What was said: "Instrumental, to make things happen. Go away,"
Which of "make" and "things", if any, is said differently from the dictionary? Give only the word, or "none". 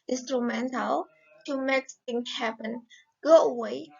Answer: things